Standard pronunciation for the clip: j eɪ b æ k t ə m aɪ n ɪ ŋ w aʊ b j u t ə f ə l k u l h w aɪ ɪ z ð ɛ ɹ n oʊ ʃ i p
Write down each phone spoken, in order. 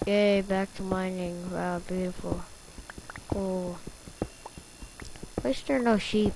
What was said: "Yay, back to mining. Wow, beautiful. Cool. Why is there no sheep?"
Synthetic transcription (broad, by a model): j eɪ b æ k t ə m aɪ n ɪ ŋ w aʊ b j u t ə f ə l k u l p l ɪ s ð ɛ ɹ n oʊ ʃ i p